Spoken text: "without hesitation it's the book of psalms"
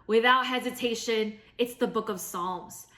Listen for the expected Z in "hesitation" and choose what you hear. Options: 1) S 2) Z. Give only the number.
2